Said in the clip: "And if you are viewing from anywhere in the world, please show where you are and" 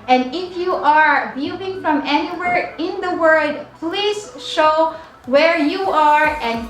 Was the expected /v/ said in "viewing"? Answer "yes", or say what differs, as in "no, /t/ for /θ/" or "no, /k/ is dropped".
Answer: no, /b/ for /v/